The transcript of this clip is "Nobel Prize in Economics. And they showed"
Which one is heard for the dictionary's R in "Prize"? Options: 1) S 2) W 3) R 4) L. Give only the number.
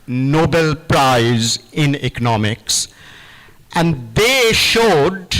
3